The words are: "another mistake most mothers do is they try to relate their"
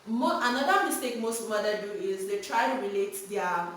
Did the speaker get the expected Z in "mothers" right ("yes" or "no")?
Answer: no